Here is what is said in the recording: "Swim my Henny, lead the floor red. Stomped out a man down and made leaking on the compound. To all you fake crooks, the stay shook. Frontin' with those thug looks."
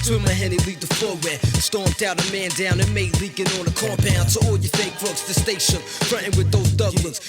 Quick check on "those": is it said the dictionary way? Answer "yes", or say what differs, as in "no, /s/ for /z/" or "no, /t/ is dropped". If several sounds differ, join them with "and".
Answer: yes